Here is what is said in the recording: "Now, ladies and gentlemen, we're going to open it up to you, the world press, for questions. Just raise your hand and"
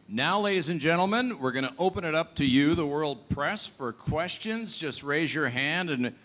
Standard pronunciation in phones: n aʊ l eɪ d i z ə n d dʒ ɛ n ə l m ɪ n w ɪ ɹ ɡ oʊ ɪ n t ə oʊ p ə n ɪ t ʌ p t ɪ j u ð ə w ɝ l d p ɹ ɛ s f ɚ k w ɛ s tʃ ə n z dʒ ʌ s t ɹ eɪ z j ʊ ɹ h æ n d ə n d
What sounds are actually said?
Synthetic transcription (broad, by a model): n aʊ l eɪ d i z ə n dʒ ɛ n l m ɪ n w ɪ ɹ ɡ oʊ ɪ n t ə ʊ p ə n ɪ t ʌ p t ɪ j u ð ə w ɝ l d p ɹ ɛ s f ɚ k w ɛ s tʃ ə n z dʒ ʌ s t ɹ eɪ z j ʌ ɹ h æ n d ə n